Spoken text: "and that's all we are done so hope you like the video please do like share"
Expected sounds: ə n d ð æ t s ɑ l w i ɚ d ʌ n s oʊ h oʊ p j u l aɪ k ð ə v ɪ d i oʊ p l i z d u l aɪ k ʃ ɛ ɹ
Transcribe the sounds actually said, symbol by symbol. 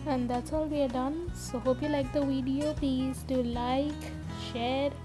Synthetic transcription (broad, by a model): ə n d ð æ t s ɑ l w i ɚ d ʌ n s oʊ h oʊ p j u l aɪ k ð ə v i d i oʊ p i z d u l aɪ k ʃ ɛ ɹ